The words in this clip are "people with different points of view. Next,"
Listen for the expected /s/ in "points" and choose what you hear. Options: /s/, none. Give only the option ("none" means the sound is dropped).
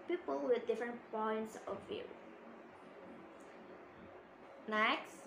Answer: /s/